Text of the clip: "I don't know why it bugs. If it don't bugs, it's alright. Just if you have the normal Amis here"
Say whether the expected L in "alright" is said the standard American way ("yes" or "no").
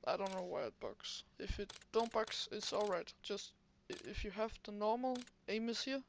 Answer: yes